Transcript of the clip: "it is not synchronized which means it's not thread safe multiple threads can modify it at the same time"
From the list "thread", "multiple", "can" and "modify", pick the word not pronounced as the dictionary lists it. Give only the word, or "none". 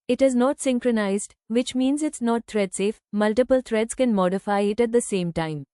thread